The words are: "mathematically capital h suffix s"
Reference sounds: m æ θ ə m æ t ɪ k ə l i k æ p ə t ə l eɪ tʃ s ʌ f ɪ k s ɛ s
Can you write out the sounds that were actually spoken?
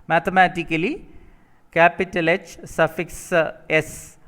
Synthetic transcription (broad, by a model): m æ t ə m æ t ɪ k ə l i k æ p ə t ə l eɪ tʃ s ʌ f ɪ k s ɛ s